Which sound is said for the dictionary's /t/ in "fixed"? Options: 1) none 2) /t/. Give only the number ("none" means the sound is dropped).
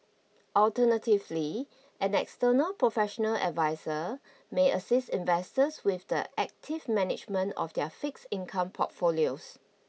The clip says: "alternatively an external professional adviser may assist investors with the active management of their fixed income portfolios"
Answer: 1